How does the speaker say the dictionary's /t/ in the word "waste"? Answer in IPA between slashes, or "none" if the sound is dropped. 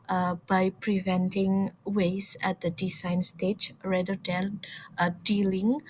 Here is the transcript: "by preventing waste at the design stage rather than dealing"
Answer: none